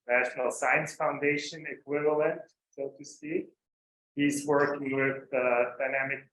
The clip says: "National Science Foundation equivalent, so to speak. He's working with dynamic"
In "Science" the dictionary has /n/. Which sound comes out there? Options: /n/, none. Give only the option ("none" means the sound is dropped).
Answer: /n/